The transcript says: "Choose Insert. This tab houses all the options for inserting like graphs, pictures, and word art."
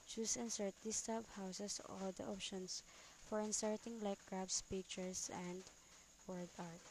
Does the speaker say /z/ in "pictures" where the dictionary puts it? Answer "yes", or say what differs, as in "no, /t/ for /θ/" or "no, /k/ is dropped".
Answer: no, /s/ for /z/